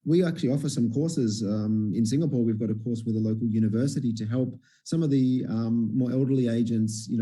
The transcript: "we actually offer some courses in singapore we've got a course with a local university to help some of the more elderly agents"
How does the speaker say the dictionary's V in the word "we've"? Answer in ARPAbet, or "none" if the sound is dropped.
V